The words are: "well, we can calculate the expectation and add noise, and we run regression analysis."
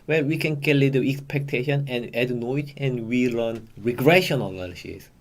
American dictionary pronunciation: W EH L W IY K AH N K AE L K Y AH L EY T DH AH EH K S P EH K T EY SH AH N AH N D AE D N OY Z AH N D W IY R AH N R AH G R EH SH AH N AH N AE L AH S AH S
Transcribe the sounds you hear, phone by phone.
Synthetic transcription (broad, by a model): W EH L W IY K AH N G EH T L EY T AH EH K S P EH K T EY SH AH N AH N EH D N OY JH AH N W IY L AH N R AH G R EH SH AH N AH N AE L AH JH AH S